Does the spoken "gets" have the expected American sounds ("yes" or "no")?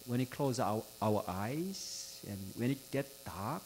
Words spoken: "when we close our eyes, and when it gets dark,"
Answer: no